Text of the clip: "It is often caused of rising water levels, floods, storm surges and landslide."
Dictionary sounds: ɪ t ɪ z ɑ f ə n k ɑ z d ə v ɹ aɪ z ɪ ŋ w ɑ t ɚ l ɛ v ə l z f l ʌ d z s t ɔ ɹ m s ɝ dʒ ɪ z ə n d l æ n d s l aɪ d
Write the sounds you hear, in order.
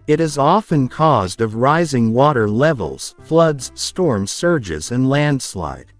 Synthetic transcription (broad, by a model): ɪ t ɪ z ɑ f ə n k ɑ z d ə v ɹ aɪ z ɪ ŋ w ɑ t ɚ l ɛ v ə l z f l ʌ d z s t ɔ ɹ m s ɝ dʒ ɪ z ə n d l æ n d s l aɪ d